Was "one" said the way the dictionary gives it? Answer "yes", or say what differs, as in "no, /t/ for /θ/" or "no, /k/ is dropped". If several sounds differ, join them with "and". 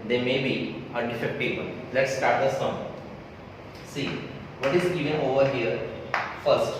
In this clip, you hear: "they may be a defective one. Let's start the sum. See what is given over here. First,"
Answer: no, /l/ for /n/